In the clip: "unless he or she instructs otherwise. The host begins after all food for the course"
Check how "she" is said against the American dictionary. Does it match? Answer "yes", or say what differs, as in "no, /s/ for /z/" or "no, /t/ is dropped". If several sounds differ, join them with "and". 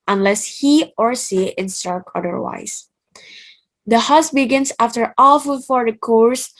no, /s/ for /ʃ/